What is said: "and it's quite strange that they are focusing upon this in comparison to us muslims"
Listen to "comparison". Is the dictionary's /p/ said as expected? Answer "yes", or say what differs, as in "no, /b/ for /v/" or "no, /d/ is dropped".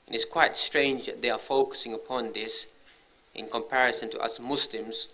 yes